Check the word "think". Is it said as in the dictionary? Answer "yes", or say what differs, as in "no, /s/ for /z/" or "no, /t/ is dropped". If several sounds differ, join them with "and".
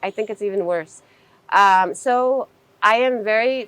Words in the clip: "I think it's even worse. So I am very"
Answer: yes